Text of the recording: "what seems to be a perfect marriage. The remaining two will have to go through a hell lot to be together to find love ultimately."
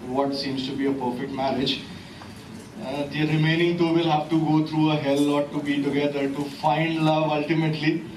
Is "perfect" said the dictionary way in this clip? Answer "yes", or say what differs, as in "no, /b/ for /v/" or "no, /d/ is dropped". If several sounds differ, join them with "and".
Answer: yes